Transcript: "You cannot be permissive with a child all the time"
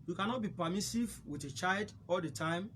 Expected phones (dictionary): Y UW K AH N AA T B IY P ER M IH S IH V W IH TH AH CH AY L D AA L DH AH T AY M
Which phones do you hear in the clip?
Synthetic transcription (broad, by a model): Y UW K AH N AA T B IY P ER M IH S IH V W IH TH AH CH AY L D AA L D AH T AY M